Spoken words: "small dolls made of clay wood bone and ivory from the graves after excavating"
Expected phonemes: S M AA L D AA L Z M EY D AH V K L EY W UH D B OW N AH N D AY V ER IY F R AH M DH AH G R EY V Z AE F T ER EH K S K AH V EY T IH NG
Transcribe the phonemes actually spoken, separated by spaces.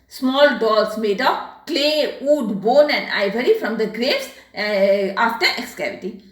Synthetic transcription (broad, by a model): S M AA L D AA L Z M EY D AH P K L EY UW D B OW N AH N D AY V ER IY F R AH M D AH G R EY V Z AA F T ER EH K S K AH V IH T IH